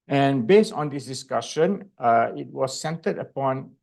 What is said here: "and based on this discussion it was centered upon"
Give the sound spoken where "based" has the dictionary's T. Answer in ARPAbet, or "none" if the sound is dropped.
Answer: T